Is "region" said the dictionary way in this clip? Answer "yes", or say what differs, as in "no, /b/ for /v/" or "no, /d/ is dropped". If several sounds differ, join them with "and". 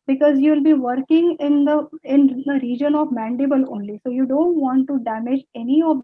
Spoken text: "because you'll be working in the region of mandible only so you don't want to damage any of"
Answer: yes